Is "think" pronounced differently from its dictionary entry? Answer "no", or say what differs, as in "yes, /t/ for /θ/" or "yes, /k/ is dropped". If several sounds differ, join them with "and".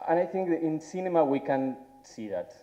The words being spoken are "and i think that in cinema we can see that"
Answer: no